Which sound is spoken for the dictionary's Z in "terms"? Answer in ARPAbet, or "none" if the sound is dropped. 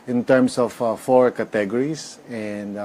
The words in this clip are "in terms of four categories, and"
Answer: S